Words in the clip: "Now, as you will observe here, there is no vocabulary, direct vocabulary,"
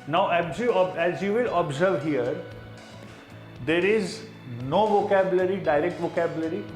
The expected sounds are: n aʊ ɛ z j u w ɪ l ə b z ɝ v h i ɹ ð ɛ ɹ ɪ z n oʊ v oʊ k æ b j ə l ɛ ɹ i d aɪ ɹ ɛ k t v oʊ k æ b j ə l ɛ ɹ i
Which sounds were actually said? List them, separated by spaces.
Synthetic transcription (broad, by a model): n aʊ ɛ z j u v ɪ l ə b z ɝ v h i ɹ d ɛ ɹ ɪ z n oʊ v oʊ k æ b j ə l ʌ ɹ i d aɪ ɹ ɛ k t v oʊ k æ b j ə l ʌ ɹ i